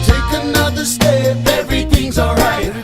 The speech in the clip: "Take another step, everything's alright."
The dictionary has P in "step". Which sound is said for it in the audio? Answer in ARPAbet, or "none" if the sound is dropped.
F